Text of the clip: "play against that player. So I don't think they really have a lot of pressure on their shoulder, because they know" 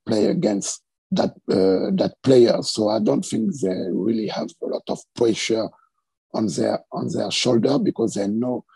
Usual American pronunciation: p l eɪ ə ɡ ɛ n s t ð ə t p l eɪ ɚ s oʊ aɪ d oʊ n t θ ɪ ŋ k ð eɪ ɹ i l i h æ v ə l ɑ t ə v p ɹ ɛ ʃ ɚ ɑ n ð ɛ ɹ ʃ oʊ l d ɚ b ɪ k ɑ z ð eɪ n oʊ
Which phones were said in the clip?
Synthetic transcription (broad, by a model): p l eɪ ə ɡ ɛ n s t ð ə t p l eɪ ɚ s oʊ aɪ d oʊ n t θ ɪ ŋ k ð eɪ ɹ i l i h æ v ə l ɑ t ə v p ɹ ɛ ʃ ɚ ɑ n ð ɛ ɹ ʃ oʊ l d ɚ b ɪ k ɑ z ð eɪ n oʊ